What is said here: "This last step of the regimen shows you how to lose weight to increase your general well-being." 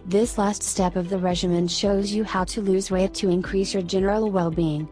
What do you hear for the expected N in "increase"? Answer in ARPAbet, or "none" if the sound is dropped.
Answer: N